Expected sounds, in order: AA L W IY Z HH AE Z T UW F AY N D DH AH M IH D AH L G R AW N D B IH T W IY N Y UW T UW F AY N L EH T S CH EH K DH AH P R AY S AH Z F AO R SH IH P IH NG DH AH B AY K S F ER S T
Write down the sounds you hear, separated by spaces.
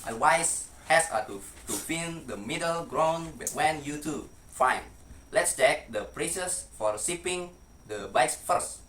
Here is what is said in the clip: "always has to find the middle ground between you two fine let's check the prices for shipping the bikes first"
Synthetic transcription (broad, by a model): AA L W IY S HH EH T T UW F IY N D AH M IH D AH L G R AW N B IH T W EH N Y UW T UW F AY N L EH T S CH EH K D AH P R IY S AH S F AO R S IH P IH NG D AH B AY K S F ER S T